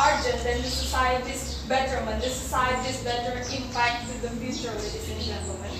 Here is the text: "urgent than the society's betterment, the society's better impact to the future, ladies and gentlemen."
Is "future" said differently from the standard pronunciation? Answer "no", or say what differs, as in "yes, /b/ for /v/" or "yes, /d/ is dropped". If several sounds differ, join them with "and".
yes, /s/ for /tʃ/